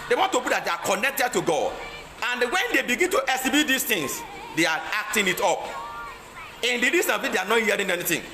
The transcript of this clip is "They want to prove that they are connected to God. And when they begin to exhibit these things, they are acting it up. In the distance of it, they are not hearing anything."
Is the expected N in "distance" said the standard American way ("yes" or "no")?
no